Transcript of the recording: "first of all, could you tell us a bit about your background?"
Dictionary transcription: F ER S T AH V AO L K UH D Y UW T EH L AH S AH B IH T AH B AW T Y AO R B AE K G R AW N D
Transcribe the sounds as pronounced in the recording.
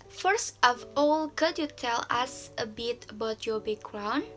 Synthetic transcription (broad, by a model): F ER S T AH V AO L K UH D Y UW T EH L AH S AH B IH T AH B AW T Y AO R B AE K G R AW N